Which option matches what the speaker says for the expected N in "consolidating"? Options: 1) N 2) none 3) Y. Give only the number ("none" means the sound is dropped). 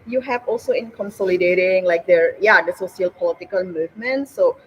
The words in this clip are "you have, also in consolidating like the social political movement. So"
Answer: 1